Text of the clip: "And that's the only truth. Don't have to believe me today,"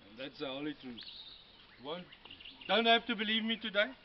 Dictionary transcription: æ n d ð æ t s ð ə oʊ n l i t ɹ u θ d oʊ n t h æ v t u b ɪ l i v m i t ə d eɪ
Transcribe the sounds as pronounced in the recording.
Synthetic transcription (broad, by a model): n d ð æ t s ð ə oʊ l i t ɹ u t d oʊ n t h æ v t u b ɪ l i v m i t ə d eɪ